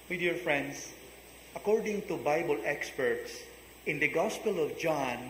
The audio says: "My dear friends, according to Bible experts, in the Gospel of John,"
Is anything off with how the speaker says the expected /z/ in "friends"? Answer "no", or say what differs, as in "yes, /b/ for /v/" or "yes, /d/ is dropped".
yes, /s/ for /z/